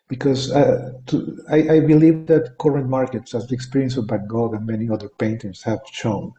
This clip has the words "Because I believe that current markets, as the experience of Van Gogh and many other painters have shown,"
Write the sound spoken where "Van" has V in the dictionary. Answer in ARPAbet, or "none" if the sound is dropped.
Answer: B